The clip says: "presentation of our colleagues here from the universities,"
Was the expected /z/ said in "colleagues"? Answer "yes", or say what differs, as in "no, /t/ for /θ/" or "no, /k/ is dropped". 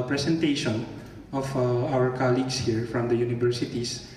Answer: no, /s/ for /z/